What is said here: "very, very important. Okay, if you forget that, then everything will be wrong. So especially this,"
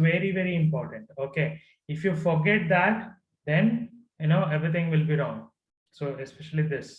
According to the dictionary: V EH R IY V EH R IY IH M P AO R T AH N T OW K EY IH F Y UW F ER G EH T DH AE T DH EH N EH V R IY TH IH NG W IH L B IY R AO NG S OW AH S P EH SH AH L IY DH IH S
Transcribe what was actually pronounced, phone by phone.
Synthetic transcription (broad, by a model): V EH R IY V EH R IY IH M P AO R T AH N T OW K EY IH F Y UW F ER G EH T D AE T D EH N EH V R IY T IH NG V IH L B IY R AO NG S OW AH S P EH SH AH L IY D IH S